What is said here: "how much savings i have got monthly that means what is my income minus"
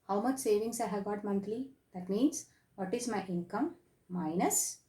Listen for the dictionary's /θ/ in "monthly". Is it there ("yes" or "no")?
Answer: no